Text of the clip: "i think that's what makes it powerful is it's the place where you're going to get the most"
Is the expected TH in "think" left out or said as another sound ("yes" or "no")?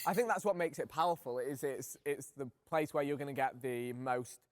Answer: no